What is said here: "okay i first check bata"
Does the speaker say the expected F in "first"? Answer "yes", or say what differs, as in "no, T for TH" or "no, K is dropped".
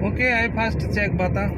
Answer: no, P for F